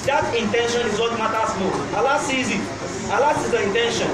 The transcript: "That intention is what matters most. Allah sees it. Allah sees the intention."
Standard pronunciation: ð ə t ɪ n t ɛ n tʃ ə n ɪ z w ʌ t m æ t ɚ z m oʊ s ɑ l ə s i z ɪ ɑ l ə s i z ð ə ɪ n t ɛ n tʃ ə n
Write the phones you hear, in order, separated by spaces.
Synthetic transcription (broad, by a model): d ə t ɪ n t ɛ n ʃ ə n ɪ z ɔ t m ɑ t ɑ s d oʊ ɑ l ə s i z ɪ ɑ l ə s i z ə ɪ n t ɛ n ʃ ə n